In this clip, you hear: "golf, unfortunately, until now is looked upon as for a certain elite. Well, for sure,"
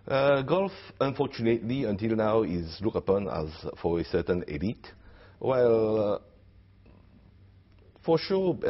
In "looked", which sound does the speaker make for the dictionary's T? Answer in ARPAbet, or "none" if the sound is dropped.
none